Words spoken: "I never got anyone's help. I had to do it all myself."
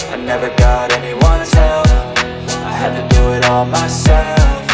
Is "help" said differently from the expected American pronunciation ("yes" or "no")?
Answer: yes